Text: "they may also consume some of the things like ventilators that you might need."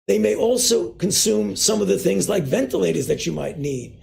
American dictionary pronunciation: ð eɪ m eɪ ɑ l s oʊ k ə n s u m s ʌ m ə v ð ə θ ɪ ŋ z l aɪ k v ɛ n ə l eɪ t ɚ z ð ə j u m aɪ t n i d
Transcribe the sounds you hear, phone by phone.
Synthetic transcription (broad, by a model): ð eɪ m eɪ ɑ l s oʊ k ə n s u m s ʌ m ə v ð ə θ ɪ ŋ z l aɪ k v ɛ n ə l eɪ t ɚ z ð ə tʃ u m aɪ t n i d